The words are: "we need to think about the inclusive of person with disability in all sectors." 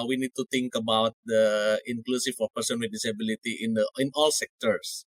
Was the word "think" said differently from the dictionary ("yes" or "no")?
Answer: yes